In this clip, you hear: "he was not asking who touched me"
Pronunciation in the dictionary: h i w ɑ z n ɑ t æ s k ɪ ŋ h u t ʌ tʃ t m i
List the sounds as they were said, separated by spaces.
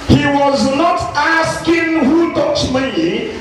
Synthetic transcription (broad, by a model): h i w ɑ z n ɑ t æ s k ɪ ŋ h u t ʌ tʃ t m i